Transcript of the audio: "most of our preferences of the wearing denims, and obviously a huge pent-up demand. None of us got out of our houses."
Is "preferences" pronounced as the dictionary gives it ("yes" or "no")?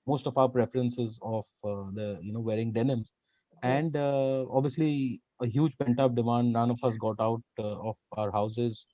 yes